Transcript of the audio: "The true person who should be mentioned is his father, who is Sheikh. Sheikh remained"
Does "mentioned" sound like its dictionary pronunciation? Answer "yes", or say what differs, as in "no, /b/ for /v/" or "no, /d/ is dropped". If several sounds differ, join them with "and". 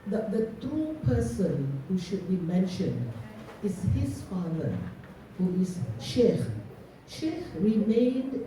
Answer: yes